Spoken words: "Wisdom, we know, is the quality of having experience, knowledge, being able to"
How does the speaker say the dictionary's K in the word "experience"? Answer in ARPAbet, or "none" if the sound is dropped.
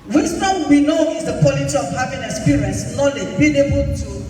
none